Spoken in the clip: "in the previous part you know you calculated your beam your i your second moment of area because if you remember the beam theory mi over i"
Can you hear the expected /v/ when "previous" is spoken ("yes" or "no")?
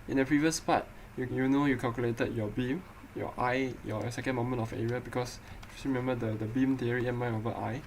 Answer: yes